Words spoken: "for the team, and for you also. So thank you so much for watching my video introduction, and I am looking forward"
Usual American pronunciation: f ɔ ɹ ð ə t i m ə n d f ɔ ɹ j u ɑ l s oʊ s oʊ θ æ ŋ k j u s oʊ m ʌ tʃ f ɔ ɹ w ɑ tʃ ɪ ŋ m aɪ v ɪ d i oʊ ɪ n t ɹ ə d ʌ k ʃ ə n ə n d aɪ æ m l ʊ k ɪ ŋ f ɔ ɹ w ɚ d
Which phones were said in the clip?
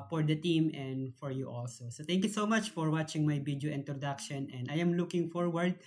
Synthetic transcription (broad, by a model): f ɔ ɹ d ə t i m ə n d f ɔ ɹ j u ɑ l s oʊ s oʊ t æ ŋ k j u s oʊ m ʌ tʃ f ɔ ɹ w ɑ tʃ ɪ ŋ m aɪ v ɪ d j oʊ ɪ n t ɹ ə d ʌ k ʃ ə n ə n d aɪ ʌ m l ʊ k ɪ ŋ f ɔ ɹ w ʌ d